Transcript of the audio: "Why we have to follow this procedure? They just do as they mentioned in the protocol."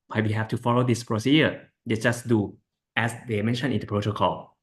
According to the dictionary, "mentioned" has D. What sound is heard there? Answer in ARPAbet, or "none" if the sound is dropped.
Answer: none